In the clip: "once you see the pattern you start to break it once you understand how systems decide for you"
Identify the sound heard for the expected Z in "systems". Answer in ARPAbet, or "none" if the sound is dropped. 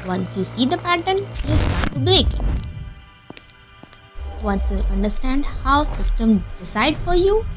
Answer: none